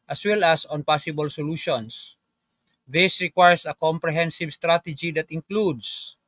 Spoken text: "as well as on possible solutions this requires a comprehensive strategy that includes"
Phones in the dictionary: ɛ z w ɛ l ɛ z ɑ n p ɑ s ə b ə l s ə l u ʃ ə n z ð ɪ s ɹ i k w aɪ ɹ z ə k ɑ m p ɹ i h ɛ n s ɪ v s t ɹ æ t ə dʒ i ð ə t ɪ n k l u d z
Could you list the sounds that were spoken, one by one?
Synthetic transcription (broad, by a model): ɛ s w ɛ l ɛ s ɑ n p ɑ s ə b ə l s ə l u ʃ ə n s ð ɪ s ɹ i k w aɪ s ə k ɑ m p ɹ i h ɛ n s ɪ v s t ɹ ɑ t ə dʒ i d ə t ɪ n k l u d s